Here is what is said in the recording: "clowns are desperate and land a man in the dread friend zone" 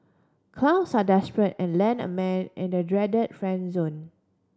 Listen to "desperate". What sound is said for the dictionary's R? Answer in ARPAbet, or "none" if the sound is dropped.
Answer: R